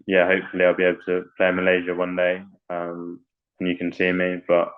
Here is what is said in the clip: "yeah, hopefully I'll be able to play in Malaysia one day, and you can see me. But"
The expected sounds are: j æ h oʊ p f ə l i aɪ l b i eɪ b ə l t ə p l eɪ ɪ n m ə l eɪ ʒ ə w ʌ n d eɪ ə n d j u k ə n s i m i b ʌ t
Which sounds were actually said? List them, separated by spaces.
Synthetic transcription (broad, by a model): j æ h oʊ p f ə l i aɪ l b i eɪ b l t ə p l eɪ ɪ m ə l eɪ ʒ ə w ʌ n d eɪ ə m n j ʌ k ə n s i m i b ʌ t